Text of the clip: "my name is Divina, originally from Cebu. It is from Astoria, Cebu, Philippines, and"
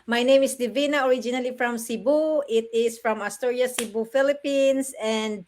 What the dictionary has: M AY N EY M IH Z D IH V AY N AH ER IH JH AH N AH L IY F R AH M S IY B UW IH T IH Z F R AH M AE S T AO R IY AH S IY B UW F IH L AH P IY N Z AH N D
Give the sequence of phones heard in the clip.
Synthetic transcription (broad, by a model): M AY N EY M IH S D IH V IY N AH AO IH JH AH N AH L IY F R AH M S IY B UW IH T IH S F R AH M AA S T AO R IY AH S IY B UW F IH L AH P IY N S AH N D